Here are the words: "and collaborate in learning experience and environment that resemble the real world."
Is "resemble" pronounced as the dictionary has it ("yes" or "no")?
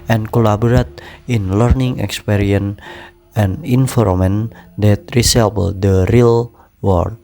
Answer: no